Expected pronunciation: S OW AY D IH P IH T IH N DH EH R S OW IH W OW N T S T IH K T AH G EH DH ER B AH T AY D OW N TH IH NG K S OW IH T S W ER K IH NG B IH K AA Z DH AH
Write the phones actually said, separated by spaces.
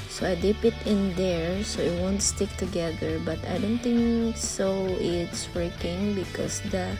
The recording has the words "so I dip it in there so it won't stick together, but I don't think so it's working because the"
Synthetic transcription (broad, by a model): S OW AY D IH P IH T IH N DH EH R S OW IH W OW N T S T IH K T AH G EH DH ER B AH T AY D OW N T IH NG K S OW IH T S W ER K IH NG B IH K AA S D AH